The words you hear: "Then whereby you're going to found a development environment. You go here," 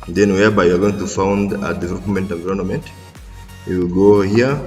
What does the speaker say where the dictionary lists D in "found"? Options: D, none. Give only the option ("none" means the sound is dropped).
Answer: D